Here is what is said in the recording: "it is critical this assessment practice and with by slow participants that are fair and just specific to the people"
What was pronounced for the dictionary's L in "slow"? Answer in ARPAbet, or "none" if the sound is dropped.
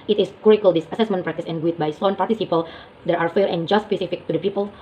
none